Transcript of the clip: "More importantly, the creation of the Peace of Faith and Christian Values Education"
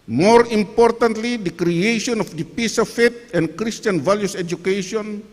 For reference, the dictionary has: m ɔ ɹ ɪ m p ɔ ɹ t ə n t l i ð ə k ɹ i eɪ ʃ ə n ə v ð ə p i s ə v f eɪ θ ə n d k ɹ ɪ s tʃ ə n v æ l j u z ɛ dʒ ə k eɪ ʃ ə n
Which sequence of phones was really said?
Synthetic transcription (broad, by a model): m ɔ ɹ ɪ m p ɔ ɹ t ə n t l i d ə k ɹ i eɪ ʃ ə n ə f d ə p i s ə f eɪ t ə n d k ɹ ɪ s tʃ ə n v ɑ l j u s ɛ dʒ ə k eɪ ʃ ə n